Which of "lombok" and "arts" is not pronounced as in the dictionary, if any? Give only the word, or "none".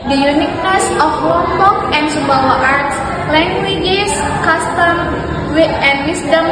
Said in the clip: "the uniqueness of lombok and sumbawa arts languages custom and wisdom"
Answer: lombok